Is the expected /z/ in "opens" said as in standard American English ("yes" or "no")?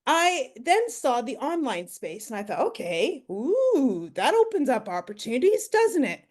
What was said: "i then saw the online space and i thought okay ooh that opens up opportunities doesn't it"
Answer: yes